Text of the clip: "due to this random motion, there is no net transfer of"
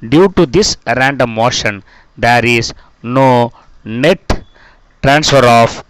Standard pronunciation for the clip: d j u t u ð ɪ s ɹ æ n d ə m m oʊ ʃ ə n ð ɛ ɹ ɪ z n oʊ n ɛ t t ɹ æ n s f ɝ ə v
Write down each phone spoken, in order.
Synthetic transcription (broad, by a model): d j u t u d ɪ s ɹ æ n d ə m m oʊ ʃ ə n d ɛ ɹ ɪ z n oʊ n ɛ t t ɹ æ n s f ɝ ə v